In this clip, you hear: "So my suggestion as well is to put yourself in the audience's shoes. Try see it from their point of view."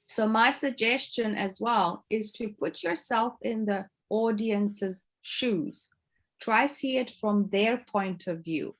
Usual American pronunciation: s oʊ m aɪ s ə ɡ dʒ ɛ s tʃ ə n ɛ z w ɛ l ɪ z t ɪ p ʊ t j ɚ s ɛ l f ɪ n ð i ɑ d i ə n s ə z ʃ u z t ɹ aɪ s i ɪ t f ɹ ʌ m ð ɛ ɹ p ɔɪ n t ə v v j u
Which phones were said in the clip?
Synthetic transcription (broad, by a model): s oʊ m aɪ s ə ɡ dʒ ɛ s tʃ ə n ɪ z w ɛ l ɪ z t ɪ p ʊ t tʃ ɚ s ɛ l f ɪ n ð i ɑ d i ə n s ə z ʃ u z t ɹ aɪ s i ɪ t f ɹ ʌ m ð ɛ ɹ p ɔɪ n t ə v v j u